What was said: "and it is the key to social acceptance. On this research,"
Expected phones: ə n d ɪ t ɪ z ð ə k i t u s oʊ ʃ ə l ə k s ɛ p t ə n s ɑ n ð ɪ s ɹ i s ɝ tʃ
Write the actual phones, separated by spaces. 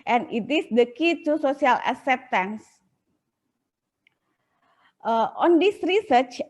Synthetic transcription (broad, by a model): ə n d ɪ t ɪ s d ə k i t u s oʊ s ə l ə s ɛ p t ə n s ɑ n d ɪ s ɹ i s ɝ tʃ